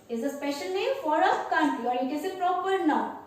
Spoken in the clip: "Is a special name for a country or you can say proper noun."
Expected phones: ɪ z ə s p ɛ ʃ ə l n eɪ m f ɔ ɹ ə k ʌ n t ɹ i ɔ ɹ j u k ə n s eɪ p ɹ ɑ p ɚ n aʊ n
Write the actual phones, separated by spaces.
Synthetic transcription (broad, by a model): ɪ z ə s p ɛ ʃ ə l n eɪ m f ɔ ɹ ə k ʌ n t i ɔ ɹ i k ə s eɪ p ɹ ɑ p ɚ n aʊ